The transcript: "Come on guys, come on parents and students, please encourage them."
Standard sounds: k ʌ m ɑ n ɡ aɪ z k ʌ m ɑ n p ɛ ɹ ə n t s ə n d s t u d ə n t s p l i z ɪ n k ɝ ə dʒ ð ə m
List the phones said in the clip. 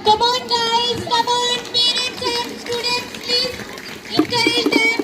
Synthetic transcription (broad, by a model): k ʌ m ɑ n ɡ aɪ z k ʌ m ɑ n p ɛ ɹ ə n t ə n s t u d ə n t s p l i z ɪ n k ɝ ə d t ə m